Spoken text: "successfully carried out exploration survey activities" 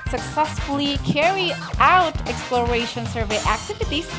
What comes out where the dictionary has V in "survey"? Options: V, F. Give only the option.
V